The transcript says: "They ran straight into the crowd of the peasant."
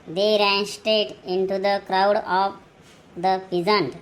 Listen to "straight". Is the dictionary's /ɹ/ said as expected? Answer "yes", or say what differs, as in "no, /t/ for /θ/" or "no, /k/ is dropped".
no, /ɹ/ is dropped